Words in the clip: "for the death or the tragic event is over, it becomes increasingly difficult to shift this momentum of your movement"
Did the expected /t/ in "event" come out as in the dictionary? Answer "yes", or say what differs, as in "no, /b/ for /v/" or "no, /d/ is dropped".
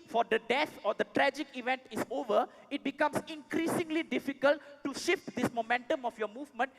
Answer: yes